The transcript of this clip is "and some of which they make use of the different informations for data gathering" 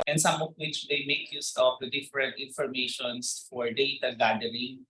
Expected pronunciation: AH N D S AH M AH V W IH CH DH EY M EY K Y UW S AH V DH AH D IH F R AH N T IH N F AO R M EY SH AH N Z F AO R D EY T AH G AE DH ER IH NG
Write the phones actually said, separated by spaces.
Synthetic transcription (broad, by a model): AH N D S AH M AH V W IH CH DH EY M EY K Y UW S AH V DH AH D IH F R AH N T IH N F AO R M EY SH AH N S F AO R D EY T AH G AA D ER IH NG